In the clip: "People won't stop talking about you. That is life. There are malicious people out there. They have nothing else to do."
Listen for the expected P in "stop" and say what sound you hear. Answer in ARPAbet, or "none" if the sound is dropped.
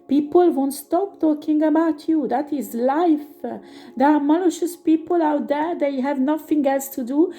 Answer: P